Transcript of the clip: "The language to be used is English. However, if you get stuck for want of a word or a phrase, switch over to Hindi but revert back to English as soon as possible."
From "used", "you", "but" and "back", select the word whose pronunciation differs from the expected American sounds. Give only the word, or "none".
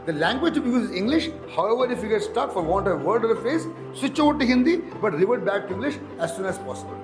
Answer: used